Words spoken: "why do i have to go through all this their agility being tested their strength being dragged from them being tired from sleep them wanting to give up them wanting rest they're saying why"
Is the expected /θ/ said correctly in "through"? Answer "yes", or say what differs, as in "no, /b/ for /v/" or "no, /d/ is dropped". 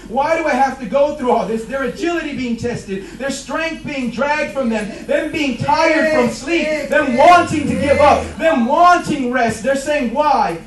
yes